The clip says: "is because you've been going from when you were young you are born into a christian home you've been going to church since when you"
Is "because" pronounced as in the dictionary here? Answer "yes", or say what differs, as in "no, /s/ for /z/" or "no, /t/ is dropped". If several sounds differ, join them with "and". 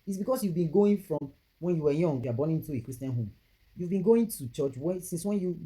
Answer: no, /s/ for /z/